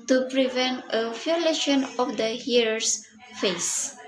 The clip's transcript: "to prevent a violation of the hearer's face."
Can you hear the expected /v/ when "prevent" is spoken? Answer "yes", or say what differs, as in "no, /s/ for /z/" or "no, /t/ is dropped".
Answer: yes